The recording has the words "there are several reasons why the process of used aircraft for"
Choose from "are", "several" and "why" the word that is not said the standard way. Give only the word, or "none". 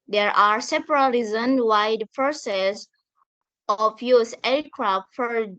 several